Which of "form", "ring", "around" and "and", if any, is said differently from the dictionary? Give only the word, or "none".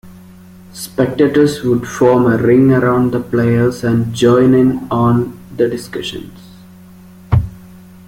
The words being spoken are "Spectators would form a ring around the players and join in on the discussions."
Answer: none